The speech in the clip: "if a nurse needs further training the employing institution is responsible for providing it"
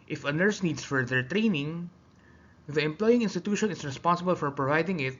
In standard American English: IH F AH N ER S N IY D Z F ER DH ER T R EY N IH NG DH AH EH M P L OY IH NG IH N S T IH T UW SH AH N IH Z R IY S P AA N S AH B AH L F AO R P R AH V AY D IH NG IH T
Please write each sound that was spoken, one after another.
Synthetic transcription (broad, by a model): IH F AH N ER S N IY D S F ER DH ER T R EY N IH NG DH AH EH M P L OY IH NG IH N S T IH T UW SH AH N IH S R IY S P AA N S AH B AH L F AO R P R AH V AY D IH NG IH T